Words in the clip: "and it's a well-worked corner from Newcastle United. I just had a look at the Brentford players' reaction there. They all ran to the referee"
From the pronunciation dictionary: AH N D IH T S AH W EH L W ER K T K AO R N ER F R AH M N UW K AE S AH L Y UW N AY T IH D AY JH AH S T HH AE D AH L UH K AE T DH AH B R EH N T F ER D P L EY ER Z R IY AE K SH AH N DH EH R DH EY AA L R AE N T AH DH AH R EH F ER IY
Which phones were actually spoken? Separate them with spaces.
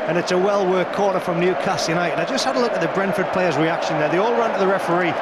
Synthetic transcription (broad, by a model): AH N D IH T S AH W EH L W ER K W AO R ER F R AH M N UW K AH S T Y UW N AY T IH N AY JH AH S T HH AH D AH L UH K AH T DH AH B R EH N F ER D P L EY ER Z R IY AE K SH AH N DH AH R DH EY AA L R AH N T AH DH AH R EH F ER IY